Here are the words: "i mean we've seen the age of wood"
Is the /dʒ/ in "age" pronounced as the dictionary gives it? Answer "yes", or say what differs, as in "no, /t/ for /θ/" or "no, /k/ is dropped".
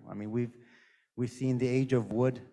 yes